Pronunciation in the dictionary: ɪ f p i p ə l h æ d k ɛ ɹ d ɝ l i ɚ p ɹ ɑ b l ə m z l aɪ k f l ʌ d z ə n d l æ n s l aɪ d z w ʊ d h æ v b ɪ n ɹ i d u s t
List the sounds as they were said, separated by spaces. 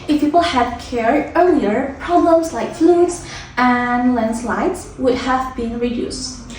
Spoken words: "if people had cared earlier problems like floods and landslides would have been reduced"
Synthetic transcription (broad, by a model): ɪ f p i p ə l h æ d k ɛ ɹ ɝ l i ɚ p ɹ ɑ b l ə m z l aɪ k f l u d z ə n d l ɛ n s l aɪ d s w ʊ d h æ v b ɪ n ɹ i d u s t